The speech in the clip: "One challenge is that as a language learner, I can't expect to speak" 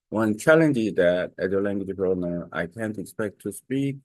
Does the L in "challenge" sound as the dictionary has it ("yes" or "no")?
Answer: yes